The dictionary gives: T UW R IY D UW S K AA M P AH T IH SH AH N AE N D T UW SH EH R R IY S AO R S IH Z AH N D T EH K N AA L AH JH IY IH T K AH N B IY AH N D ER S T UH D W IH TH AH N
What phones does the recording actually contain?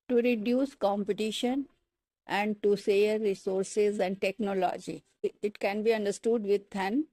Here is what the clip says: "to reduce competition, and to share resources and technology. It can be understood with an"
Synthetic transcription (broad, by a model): T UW R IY D UW S K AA M P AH T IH SH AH N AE N D T UW S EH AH R IY S AO R S IH Z AH N D T EH K N AA L AH JH IY IH T K AH N B IY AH N D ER S T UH D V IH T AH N